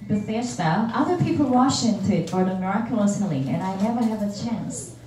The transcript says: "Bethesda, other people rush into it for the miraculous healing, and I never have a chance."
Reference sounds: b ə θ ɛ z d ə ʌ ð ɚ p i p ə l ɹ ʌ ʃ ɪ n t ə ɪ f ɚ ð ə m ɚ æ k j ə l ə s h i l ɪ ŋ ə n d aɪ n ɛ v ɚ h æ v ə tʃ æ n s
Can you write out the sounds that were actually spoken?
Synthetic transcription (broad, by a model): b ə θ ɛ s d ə ʌ ð ɚ p i p l w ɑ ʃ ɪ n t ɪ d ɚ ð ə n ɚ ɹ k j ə l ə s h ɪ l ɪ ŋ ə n aɪ n ɛ v ɚ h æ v ə tʃ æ n s